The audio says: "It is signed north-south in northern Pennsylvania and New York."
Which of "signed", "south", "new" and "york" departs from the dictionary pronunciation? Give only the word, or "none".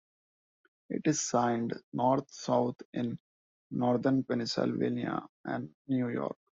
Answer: south